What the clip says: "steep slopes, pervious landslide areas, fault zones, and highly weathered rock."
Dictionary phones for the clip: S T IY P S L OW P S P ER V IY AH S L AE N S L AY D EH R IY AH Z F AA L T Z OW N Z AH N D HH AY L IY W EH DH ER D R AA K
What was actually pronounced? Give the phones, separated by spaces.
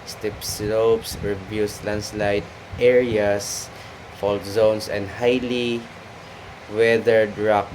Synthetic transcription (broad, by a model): S T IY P S L OW P S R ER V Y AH S L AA N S L AY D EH R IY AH S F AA L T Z OW N S AH N D HH AY L IY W EH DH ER D R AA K